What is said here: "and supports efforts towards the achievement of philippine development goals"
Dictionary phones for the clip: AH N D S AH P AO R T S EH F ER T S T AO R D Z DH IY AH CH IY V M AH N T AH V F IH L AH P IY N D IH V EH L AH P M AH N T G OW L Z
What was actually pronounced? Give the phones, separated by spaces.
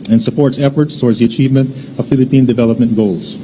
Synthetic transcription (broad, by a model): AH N S AH P AO R T S EH F ER T S T AO R D Z DH IY AH CH IY V M AH N T AH V F IH L AH P IY N D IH V EH L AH P M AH N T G OW L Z